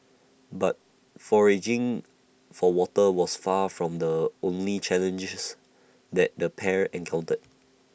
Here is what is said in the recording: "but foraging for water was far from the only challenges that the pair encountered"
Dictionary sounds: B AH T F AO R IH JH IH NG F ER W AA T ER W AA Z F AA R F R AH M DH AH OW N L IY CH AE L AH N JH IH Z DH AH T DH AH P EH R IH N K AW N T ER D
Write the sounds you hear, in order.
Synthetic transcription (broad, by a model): B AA T F AO R IH JH IH NG F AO W AA T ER W AA S F AA F R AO M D AH OW N L IY CH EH L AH N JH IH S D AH T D AH P EH R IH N K AW N T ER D